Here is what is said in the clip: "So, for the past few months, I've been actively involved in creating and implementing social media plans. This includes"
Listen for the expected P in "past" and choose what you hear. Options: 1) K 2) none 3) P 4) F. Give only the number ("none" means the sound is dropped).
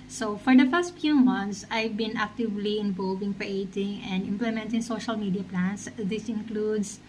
4